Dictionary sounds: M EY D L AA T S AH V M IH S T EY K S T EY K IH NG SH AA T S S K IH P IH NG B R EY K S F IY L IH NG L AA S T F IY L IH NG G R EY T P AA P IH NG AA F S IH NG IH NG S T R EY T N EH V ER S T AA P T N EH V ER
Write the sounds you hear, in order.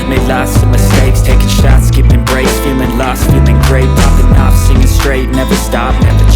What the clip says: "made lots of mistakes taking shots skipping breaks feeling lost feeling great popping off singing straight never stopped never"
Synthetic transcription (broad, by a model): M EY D L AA S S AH M IH S T EY K S T EY K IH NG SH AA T S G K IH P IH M B R EY S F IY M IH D L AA S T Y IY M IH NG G R EY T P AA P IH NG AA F S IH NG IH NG S T R EY T N EH V ER S T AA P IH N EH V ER